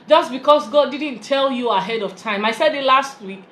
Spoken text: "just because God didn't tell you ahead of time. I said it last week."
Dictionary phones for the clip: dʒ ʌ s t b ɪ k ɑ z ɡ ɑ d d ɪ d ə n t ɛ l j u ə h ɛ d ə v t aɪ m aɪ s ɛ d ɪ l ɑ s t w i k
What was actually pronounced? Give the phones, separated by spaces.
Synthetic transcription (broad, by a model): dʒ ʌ s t b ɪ k ɑ s ɡ ɑ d d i d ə n t ɛ l j u ə h ɛ d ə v t aɪ m aɪ s ɛ d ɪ l ɑ s t w i k